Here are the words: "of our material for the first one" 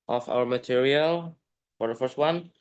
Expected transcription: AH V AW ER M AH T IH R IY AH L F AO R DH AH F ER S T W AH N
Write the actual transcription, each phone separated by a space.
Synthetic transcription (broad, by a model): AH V AW ER M AH T IH R IY AH L F AO R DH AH F ER S T W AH N